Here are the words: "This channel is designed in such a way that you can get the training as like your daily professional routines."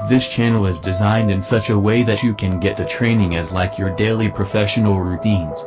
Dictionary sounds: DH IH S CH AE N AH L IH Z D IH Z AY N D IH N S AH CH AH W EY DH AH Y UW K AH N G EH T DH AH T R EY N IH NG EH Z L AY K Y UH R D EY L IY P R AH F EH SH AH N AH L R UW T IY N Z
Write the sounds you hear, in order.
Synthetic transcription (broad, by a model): DH IH S CH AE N L IH Z D IH Z AY N D IH N S AH CH AH W EY DH AH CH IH K AH N G EH T DH AH T R EY N IH NG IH Z L AY K Y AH R D EY L IY P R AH F EH SH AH N L R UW T IY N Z